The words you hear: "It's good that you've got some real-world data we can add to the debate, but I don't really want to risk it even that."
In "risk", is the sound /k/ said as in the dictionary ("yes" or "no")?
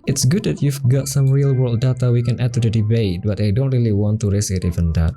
no